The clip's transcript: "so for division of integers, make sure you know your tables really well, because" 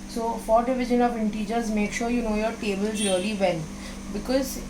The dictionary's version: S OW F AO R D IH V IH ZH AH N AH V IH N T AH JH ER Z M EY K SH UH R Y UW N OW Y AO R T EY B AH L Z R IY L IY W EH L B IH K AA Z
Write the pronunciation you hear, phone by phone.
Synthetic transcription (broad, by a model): S OW F AO R D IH V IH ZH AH N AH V IH N T AH JH ER Z M EY K SH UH R Y UW N OW Y AO R T EY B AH L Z R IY L IY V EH N B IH K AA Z